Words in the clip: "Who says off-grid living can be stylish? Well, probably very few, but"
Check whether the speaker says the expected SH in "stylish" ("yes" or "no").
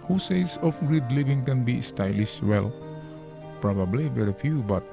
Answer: no